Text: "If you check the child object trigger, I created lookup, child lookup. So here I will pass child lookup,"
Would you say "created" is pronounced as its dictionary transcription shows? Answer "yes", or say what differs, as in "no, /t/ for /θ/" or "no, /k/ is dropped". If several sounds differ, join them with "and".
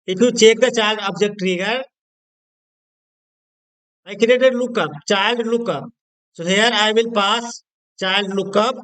no, /ɹ/ is dropped